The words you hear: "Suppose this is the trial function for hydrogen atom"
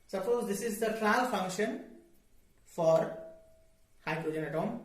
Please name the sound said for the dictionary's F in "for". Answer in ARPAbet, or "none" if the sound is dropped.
F